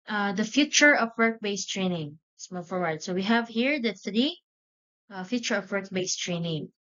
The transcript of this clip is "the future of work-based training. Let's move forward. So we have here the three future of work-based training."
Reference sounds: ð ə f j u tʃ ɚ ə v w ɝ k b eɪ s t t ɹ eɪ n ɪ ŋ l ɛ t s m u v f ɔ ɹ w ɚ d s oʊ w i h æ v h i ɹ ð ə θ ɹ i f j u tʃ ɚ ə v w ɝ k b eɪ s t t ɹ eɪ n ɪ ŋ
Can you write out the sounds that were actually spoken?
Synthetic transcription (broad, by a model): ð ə f j u tʃ ɚ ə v w ɝ k b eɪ s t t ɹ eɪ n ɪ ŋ s m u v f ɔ ɹ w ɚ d s oʊ w i h æ v h i ɹ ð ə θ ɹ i f j u tʃ ɚ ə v w ɝ k b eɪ s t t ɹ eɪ n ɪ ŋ